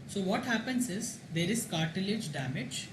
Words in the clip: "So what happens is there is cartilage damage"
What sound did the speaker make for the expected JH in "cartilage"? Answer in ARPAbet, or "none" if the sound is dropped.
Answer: JH